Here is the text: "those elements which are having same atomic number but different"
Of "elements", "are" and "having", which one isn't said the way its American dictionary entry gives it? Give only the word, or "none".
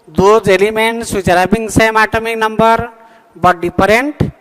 having